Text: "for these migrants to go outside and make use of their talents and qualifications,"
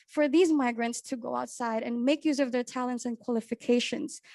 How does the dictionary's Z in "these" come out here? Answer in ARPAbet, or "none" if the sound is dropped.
Z